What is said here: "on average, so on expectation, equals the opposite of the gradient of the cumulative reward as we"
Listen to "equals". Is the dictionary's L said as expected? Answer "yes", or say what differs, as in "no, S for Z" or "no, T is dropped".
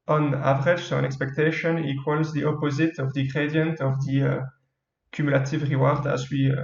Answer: yes